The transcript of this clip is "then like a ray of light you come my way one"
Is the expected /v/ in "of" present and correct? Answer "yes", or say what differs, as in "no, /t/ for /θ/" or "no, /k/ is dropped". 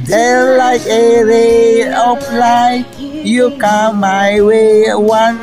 no, /p/ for /v/